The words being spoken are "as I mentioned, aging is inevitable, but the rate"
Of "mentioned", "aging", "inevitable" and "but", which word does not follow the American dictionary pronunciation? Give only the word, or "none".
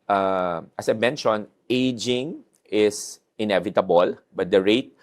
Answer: mentioned